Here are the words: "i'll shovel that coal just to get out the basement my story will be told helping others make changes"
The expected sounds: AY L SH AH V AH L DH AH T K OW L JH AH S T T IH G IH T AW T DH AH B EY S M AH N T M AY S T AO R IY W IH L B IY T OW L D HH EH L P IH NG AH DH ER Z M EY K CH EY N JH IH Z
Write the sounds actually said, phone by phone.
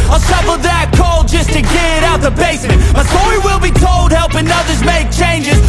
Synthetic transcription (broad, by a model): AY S AH F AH DH AH T K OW L JH AH S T T IH G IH T AW T DH AH B EY S M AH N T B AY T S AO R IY W IH L B IY T OW L D HH EH L P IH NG AH DH ER Z M EY K CH EY N JH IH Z